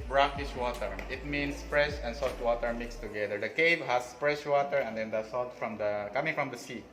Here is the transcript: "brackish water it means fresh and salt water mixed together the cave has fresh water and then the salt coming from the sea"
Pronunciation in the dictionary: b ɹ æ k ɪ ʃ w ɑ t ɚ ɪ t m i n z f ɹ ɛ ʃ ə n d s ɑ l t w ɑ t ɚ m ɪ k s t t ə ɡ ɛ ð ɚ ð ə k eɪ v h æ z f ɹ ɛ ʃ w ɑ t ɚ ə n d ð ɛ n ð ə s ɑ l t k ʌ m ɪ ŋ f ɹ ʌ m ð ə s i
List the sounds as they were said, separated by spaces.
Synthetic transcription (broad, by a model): b ɹ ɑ k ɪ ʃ w ɑ t ɚ ɪ t m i n s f ɹ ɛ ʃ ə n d s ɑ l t w ɑ t ɚ m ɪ k s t t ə ɡ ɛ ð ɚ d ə k eɪ v h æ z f ɹ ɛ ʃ w ɑ t ɚ ə n d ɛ n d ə s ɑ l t k ʌ m ɪ ŋ f ɹ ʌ m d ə s i